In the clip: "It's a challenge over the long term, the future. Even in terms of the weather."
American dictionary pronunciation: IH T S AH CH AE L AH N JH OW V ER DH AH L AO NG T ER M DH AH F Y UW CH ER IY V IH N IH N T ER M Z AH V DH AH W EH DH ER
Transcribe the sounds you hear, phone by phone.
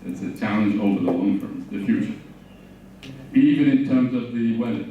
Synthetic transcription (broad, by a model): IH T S AH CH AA AH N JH OW V ER DH AH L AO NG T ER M DH AH F Y UW CH ER IY V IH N IH N T ER M Z AH V DH AH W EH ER